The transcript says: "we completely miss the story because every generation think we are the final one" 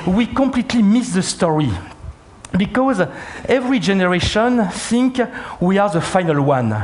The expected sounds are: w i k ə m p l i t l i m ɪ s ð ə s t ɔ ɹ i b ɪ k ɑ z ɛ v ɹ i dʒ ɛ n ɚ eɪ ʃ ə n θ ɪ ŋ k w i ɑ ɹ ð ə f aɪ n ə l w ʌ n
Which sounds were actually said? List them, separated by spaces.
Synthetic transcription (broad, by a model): w i k ə m p l i t l i m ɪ s ð ə s t ɔ ɹ i b ɪ k ɑ z ɛ v ɹ i dʒ ɛ n ɚ eɪ ʃ ə n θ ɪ ŋ k w i ɑ ɹ ð ə f aɪ n ə l w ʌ n